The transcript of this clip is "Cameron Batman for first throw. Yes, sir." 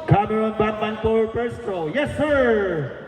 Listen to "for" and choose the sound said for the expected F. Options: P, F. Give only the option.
P